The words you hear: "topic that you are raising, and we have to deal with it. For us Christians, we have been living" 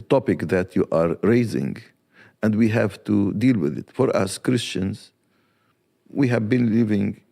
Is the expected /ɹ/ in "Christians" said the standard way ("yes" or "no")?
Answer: yes